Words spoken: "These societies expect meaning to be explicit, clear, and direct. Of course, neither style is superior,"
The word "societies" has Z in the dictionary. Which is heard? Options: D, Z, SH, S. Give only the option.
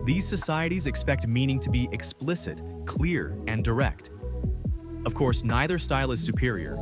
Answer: Z